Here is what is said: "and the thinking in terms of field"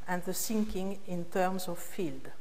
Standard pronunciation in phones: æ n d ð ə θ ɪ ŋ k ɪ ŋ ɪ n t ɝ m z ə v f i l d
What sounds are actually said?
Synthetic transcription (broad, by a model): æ n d ð ə s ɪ ŋ k ɪ ŋ ɪ n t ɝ m s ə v f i l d